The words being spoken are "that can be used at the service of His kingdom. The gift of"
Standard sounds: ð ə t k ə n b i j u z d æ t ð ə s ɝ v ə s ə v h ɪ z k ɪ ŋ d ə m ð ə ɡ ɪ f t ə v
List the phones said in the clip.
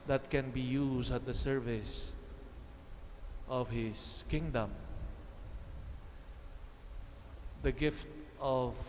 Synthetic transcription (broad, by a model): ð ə t k ə n b i j u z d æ t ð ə s ɝ v ə s ə v h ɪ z k ɪ ŋ d ə m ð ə ɡ ɪ f t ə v